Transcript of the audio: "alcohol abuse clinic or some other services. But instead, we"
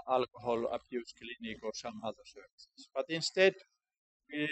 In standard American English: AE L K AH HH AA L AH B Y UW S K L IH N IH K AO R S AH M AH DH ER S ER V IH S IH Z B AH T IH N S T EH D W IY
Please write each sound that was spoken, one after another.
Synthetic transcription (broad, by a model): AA L K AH HH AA L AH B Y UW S K L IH N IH K AO R S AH M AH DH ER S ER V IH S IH S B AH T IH N S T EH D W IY